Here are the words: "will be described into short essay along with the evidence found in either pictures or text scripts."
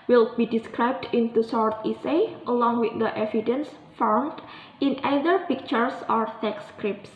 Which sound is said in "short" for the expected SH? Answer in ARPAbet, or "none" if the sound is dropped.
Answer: S